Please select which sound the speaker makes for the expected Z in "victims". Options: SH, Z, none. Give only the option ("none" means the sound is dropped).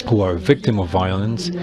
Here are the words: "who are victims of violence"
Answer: none